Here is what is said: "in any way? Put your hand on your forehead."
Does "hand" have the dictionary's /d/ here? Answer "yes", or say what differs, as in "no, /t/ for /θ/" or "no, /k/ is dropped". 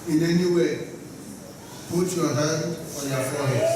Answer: no, /d/ is dropped